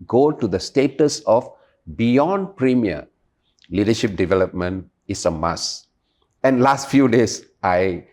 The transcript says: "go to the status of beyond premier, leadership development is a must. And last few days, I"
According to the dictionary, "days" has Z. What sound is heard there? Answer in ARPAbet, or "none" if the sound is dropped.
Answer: S